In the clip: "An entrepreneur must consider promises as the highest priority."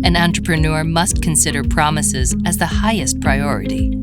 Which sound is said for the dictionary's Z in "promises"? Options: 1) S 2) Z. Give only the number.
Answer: 2